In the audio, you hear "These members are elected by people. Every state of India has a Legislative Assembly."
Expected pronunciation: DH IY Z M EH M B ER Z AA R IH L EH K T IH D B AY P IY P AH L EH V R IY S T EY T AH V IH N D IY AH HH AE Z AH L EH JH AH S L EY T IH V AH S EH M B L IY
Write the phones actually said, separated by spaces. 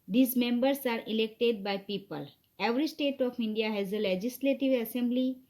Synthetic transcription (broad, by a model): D IY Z M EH M B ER S AA R IH L EH K T IH D B AY P IY P AH L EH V R IY S T EY T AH P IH N D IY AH HH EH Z AH L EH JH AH S L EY T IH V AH S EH M B L IY